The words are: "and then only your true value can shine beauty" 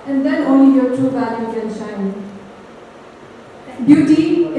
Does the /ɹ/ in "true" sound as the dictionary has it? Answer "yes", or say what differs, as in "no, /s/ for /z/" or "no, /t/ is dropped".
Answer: no, /ɹ/ is dropped